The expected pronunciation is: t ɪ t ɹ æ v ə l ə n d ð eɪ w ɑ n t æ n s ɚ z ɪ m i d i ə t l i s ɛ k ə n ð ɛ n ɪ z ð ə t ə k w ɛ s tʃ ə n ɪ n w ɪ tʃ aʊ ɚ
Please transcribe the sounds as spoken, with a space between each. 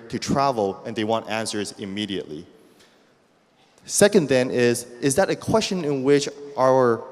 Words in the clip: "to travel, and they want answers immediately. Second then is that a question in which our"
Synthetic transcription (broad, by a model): t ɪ t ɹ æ v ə l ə n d ð eɪ w ɑ n t æ n s ɚ z ɪ m i d i ə t l i s ɛ k ə n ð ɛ n ɪ z ð ə t ə k w ɛ s tʃ ə n ɪ n w ɪ tʃ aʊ ɚ